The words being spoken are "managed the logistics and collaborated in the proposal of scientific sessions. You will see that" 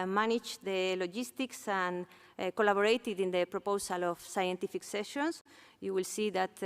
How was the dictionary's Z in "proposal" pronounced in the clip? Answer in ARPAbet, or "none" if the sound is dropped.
S